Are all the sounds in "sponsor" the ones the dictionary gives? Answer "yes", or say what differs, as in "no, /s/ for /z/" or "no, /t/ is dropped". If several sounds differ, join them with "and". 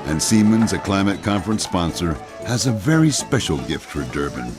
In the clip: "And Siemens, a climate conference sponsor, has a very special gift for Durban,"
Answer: yes